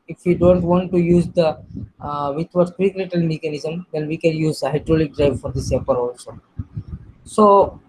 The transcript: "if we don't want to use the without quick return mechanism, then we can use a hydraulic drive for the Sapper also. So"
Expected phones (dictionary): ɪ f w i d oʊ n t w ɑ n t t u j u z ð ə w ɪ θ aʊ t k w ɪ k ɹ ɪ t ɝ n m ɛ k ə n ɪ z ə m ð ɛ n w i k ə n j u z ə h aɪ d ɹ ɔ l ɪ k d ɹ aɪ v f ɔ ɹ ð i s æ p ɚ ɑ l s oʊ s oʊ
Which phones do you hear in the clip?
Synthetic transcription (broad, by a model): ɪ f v i d oʊ n t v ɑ n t t u j u z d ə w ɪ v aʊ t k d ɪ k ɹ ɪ t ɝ l m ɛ k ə n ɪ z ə m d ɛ n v i k ə n j u z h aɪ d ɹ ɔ l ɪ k d ɹ aɪ v f ɔ ɹ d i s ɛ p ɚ ɑ l s oʊ s oʊ